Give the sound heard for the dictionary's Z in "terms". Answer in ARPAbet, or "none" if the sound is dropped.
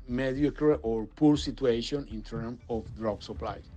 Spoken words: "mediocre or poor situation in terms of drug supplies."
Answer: none